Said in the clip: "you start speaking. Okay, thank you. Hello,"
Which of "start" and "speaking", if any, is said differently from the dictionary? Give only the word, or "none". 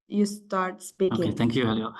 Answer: speaking